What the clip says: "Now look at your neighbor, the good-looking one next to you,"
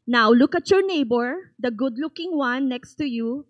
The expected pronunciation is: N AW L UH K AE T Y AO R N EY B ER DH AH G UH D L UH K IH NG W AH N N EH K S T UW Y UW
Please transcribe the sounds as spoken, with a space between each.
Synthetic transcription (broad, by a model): N AW L UH K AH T Y AO R N EY B ER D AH G UH D L UH K IH NG W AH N N EH K S T UW Y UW